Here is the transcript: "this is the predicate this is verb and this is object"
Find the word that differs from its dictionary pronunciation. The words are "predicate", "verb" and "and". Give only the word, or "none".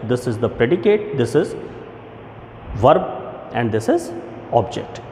none